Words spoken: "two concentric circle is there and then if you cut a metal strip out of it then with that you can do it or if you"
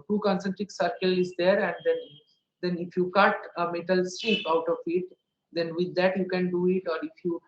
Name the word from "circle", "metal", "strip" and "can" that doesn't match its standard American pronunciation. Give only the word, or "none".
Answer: strip